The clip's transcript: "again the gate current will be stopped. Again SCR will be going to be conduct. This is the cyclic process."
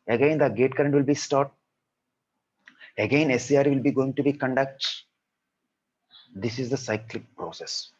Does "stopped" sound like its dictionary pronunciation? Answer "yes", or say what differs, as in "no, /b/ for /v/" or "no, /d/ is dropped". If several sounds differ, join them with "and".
no, /p/ is dropped